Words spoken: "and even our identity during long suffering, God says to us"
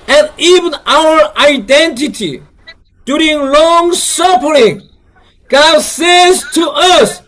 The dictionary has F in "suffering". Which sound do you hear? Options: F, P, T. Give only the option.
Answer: P